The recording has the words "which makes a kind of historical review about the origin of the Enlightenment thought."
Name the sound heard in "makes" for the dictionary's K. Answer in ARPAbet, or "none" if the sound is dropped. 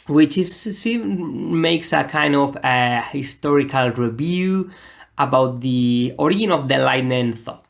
K